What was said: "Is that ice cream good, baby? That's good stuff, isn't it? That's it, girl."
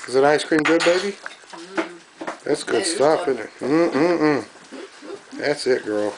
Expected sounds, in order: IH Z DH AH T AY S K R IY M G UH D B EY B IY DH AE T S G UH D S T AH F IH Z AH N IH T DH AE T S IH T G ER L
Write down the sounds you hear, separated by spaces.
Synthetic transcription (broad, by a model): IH Z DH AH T AY S K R IY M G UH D B EY B IY DH AE T S G UH D S T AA P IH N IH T DH AE T S IH T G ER L